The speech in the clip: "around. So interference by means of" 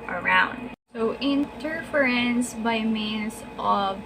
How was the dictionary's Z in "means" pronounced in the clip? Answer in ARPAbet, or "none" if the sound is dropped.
S